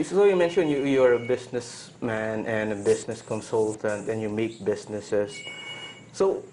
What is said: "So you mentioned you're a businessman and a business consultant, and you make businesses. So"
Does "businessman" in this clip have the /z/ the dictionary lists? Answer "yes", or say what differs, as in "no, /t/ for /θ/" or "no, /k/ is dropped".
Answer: no, /s/ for /z/